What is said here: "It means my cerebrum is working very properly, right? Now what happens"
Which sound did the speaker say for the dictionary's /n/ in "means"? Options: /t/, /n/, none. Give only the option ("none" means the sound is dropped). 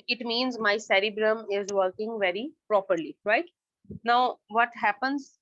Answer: /n/